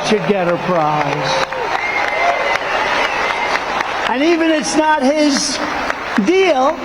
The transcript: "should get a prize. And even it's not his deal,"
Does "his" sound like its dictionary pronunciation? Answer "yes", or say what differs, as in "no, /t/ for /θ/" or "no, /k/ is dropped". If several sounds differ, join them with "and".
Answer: yes